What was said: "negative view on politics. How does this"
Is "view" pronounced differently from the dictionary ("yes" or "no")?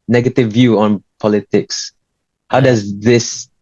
no